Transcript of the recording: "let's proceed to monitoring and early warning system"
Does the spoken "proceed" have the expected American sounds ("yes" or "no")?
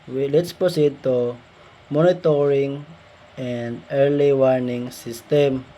no